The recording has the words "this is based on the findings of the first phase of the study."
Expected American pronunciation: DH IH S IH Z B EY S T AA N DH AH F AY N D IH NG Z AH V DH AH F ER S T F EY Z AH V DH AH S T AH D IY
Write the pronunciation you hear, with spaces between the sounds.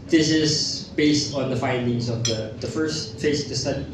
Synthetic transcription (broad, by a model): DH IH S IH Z B EY S T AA N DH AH F AY N D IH NG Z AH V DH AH F ER S T F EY AH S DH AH S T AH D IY